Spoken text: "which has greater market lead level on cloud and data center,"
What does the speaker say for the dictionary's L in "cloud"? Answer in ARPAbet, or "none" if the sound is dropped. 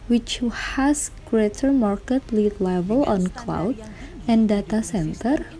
L